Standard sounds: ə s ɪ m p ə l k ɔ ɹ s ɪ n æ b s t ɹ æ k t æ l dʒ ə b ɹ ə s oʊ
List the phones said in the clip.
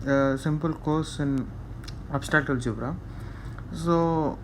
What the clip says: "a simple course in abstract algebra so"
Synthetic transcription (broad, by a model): s ɪ m p ə l k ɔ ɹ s ɪ n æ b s t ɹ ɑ t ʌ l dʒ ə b ɹ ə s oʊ